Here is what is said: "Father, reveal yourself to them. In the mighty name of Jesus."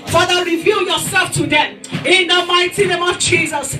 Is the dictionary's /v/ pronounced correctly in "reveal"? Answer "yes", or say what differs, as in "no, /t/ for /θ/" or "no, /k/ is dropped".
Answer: yes